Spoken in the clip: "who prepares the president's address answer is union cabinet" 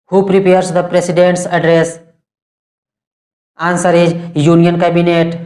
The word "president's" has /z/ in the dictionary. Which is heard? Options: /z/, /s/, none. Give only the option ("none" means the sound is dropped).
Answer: /s/